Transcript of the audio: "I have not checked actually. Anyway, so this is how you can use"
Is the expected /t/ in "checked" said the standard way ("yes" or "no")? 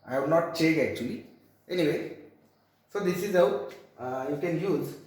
no